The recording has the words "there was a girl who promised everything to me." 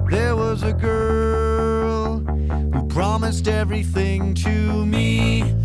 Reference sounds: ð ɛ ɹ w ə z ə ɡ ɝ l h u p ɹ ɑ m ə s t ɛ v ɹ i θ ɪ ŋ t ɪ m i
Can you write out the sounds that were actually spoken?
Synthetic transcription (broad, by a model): ð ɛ ɹ w ə z ə ɡ ɝ l h u p ɹ ɑ m ə s t ɛ v ɹ i θ ɪ ŋ t ɪ m i